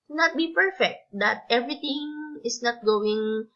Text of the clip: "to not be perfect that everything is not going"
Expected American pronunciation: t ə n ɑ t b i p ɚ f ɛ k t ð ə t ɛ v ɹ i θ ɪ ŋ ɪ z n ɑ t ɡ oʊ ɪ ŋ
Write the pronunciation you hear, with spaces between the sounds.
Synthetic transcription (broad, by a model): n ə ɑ t b i p ɚ f ɛ k t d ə t ɛ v ɹ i t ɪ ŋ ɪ s n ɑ t ɡ oʊ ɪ ŋ